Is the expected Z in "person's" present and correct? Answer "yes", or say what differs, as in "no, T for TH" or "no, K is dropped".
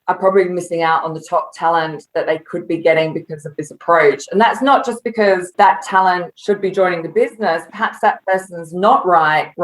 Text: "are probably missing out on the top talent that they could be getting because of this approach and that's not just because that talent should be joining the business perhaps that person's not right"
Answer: yes